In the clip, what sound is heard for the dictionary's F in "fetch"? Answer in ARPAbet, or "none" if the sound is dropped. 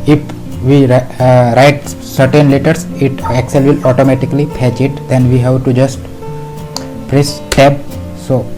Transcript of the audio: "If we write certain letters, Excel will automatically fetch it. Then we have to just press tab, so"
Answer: P